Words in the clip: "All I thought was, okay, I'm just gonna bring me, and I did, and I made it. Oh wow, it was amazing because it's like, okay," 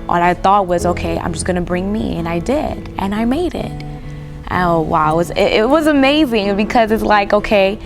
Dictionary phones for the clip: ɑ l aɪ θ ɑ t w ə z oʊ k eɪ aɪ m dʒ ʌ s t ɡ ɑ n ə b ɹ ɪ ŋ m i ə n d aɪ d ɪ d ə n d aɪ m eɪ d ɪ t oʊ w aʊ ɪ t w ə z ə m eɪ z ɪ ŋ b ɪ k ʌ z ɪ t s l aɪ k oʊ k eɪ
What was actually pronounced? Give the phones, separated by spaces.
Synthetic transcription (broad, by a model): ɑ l aɪ θ ɑ t w ə z oʊ k eɪ aɪ m dʒ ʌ s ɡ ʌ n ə b ɹ ɪ ŋ m i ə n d aɪ d ɪ d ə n aɪ m eɪ d ɪ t oʊ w aʊ ɪ t w ə z ə m eɪ z ɪ ŋ b ɪ k ʌ z ɪ t s l aɪ k oʊ k eɪ